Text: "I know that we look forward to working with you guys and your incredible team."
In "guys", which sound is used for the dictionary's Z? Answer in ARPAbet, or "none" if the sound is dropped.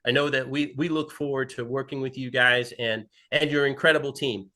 Z